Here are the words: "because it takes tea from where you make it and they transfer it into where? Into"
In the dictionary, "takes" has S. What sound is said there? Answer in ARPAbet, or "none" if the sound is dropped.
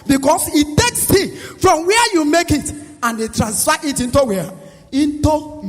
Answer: S